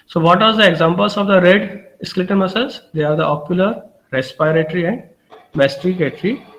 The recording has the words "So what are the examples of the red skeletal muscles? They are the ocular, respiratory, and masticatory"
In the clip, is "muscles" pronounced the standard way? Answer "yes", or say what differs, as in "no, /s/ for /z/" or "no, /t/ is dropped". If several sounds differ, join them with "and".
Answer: no, /l/ is dropped